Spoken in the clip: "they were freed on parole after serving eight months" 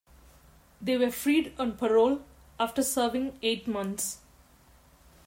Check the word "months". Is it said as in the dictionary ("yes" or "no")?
no